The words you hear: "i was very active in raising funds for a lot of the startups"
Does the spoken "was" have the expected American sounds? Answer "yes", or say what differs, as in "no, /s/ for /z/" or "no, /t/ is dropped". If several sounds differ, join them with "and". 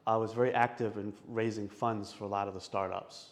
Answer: yes